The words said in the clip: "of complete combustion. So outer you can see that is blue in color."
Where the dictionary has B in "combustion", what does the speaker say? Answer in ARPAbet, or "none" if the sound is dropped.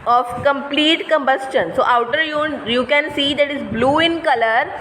B